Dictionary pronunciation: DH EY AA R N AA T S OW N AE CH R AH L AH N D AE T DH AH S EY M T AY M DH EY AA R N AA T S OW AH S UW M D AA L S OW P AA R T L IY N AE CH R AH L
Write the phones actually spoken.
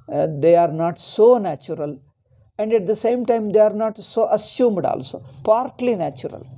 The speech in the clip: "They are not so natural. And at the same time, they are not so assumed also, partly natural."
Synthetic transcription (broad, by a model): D EY AA R N AA T S OW N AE CH R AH L AH N D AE T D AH S EY M T AY M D EY AA R N AA T S OW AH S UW M D AA L S OW P AA R T L IY N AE CH R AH L